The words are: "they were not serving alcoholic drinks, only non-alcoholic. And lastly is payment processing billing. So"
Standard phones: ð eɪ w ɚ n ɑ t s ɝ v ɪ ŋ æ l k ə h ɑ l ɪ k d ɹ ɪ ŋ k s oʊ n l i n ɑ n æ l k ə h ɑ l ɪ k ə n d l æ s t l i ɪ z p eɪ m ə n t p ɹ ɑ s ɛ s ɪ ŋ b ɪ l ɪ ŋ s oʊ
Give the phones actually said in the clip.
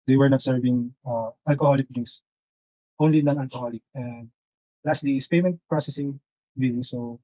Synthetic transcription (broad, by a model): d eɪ w ɚ n ɑ t s ɝ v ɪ ŋ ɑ l k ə h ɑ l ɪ k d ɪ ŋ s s oʊ n l i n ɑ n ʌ l k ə h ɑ l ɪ k ə n d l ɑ s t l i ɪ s p eɪ m ə n t p ɹ ɑ s ɛ s ɪ ŋ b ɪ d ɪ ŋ s oʊ